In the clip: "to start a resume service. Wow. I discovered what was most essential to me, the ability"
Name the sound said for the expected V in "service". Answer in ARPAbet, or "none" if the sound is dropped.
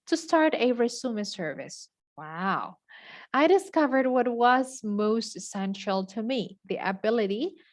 V